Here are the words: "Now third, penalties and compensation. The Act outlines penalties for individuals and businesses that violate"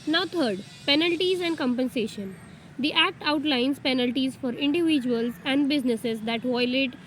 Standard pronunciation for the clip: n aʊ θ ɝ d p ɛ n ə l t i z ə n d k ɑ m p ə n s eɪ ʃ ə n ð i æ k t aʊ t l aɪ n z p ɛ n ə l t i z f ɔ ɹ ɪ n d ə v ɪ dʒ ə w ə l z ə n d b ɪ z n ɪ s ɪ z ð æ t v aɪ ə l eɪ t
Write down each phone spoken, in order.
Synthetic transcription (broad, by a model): n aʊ t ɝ d p ɛ n ə l t i z ə n d k ɑ m p ə n s eɪ ʃ ə n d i æ k t aʊ t l aɪ n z p ɛ n ə l t i z f ɔ ɹ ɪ n d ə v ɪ dʒ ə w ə l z ə n d b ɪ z n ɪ s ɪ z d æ t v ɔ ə l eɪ t